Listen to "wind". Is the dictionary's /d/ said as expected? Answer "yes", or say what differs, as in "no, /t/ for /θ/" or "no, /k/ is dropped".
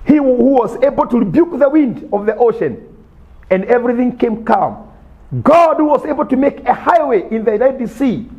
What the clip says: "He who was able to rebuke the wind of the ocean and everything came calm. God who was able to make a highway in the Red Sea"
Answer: yes